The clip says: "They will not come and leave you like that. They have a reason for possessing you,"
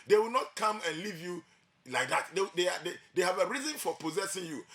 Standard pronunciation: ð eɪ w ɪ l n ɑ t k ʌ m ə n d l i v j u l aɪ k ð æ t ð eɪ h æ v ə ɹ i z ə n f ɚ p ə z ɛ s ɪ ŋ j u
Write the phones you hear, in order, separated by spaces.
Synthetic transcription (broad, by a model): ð eɪ w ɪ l n ɑ t k ʌ m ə n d l i v j u l aɪ k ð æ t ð eɪ h æ v ə ɹ i z ə n f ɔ p ə z ɛ s ɪ ŋ j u